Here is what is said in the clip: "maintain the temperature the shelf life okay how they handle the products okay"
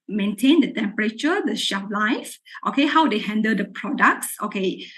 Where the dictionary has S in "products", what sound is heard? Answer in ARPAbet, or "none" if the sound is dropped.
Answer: S